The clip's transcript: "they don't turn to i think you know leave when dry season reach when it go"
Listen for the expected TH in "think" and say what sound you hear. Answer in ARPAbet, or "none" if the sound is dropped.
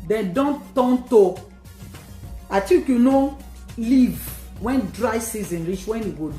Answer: T